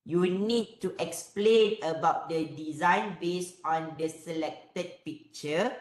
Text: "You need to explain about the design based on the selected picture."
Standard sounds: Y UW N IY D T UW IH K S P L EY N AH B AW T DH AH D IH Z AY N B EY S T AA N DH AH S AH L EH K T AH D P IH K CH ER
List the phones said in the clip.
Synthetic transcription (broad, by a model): Y UW N IY D T UW IH K S P L EY N AH B AW T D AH D IH Z AY N B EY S AA N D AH S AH L EH K T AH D P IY K CH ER